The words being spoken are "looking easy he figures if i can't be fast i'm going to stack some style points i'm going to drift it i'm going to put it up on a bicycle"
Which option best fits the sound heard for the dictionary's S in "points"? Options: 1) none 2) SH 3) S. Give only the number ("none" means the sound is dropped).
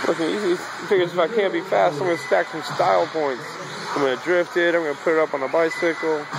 3